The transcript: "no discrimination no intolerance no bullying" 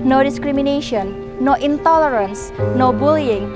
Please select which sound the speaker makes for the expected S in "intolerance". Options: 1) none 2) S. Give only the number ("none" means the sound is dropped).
2